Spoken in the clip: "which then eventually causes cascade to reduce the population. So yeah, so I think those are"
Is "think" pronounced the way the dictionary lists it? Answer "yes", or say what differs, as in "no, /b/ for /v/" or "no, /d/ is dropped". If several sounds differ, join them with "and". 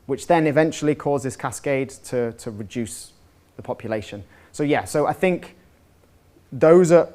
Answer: yes